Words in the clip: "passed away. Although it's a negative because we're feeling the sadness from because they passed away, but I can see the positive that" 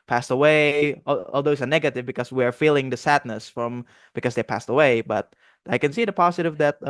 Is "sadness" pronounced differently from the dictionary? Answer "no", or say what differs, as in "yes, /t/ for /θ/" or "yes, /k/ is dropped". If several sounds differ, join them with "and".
no